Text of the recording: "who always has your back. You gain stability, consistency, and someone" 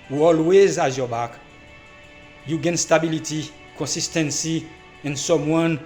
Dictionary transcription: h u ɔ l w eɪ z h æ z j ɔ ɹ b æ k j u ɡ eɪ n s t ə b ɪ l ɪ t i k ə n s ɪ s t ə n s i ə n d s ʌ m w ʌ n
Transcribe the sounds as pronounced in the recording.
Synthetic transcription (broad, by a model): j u ɔ l w eɪ z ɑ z j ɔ b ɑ k j u ɡ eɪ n s t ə b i l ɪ t i k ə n s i s t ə n s i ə n s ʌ m w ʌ n